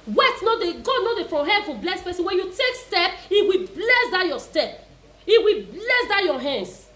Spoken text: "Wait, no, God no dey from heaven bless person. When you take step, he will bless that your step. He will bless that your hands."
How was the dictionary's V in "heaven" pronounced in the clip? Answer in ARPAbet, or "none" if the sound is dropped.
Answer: F